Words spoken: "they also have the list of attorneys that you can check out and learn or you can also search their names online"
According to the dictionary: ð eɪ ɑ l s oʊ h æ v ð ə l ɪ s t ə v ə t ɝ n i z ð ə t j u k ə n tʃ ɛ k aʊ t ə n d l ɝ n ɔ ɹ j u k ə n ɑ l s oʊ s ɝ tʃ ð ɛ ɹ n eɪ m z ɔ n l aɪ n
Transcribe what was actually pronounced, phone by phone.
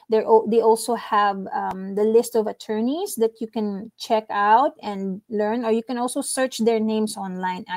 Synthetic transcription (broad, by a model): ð eɪ ɑ l s oʊ h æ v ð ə l ɪ s t ə v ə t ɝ n i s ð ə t j u k ə n tʃ ɛ k aʊ t ə n d l ɝ n ɔ ɹ j u k ə n ɑ l s oʊ s ɝ tʃ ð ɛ ɹ n eɪ m s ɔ n l aɪ n